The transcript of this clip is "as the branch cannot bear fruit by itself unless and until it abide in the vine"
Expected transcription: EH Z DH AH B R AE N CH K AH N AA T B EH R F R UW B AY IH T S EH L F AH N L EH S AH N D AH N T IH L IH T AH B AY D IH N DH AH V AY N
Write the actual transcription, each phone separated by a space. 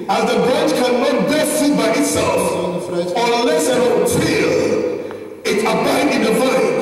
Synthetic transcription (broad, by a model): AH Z DH AH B R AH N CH K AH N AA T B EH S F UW B AY IH T S EH L F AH L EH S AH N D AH T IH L IH T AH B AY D IH N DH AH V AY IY